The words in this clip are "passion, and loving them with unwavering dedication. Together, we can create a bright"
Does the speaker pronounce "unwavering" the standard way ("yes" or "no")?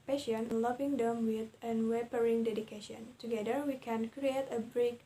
no